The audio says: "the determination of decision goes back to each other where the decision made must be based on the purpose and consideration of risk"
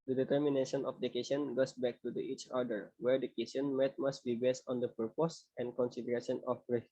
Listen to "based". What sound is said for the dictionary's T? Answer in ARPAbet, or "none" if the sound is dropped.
T